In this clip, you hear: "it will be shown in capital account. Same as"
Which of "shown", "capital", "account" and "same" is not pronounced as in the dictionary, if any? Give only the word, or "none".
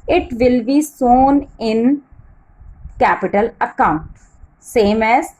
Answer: shown